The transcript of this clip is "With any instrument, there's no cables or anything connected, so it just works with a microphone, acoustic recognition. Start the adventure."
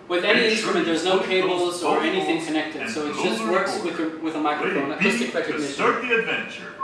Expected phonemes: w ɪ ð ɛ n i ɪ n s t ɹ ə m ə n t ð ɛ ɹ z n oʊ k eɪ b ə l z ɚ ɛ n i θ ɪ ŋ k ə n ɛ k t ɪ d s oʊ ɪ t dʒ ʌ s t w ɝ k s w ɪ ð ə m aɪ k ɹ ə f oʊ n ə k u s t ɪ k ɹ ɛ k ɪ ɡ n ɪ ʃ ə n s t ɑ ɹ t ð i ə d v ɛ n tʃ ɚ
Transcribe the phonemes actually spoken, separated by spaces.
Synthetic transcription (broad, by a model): w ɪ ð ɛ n i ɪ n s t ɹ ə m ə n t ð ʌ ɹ z n oʊ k eɪ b l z ɚ ɛ n i θ ɪ ŋ k ə n ɛ k t ɪ d s oʊ ɪ t dʒ ʌ s t w ɝ k s w ɪ ð ə m aɪ k ɹ ə f oʊ n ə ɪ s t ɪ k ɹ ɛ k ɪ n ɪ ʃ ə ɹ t ð i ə d v ɛ n tʃ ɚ